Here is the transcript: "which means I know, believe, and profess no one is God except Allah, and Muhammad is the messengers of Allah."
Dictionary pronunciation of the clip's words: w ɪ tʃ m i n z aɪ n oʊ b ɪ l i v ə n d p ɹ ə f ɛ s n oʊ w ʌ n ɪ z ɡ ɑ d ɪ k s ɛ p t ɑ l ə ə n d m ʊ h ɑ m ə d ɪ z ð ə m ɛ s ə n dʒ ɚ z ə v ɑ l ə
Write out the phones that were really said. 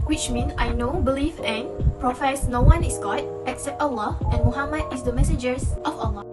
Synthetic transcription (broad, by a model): w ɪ tʃ m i n s aɪ n oʊ b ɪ l i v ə n p ɹ ə f ɛ s n oʊ w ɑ n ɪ s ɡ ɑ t ɪ k s ɛ p t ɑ l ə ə n m ʊ h ɑ m ə d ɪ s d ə m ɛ s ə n dʒ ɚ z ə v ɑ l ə